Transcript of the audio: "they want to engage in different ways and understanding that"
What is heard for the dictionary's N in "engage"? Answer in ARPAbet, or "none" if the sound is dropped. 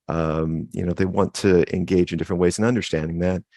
N